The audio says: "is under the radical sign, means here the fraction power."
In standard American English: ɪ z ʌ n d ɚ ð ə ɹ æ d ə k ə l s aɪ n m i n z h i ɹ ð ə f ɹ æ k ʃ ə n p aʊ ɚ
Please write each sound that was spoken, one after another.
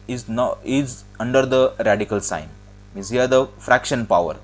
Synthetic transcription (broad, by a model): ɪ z ʌ n d ɚ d ə ɹ æ d ə k ə l s aɪ n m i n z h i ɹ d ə f ɹ æ k ʃ ə n p aʊ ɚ